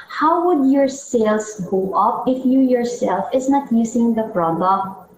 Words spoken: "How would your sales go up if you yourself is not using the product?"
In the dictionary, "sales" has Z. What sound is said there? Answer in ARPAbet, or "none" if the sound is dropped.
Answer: S